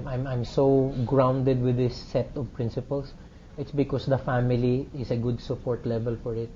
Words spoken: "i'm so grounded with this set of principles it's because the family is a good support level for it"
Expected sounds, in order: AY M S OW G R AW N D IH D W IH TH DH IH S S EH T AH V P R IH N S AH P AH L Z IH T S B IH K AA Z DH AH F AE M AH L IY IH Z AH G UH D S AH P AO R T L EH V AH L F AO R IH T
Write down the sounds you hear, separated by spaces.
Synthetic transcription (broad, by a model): AY M S OW G R AW N D IH D W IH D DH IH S S EH T AH V P R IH N S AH P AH L S IH T S B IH K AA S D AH F AE M AH L IY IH S AH G UH D S AH P AO R T L EH V AH L F AO R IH T